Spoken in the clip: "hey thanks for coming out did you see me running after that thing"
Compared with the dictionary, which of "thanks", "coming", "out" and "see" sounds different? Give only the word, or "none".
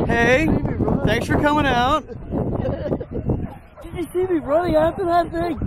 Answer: none